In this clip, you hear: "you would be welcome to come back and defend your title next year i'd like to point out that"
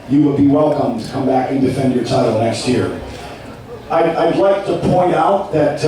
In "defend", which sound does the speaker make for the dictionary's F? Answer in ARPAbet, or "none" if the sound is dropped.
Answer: F